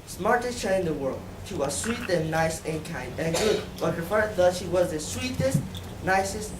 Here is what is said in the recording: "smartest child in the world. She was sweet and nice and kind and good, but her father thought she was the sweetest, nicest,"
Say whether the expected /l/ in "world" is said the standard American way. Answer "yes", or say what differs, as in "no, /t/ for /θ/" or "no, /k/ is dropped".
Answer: yes